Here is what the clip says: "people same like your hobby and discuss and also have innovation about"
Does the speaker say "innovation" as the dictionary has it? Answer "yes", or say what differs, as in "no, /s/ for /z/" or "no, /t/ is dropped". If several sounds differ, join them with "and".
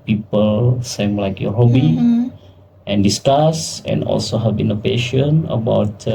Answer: no, /p/ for /v/